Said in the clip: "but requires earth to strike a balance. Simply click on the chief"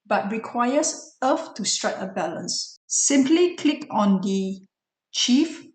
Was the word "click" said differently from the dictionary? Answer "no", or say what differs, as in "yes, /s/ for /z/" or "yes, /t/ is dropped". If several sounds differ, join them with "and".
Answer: no